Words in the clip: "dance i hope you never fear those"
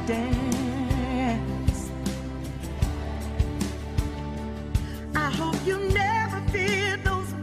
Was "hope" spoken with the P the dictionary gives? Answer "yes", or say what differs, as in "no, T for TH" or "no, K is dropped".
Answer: yes